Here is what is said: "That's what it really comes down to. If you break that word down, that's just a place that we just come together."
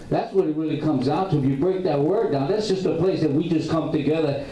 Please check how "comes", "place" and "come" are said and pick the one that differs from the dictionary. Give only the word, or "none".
none